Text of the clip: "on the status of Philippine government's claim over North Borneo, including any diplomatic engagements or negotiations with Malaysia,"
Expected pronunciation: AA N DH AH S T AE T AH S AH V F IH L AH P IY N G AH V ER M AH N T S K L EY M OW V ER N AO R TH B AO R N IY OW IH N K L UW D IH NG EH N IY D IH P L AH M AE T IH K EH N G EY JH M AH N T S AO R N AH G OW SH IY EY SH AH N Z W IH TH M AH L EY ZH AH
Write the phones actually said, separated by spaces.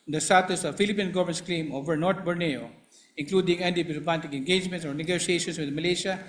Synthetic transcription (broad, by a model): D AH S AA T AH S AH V F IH L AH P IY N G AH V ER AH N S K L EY M OW V ER N AO R T B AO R N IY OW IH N K L UW D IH NG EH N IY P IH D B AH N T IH K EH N G EY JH M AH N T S AO R N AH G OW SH IY EY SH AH N S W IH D M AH L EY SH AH